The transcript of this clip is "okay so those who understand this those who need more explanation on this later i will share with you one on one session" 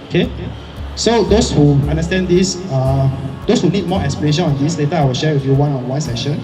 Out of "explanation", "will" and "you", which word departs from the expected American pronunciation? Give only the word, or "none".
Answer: explanation